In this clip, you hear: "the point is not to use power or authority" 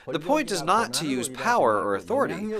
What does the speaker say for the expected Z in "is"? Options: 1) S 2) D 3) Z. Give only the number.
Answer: 3